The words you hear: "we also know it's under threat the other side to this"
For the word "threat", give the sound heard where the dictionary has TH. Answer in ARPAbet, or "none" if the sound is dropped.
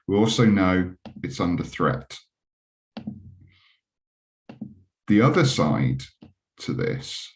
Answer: TH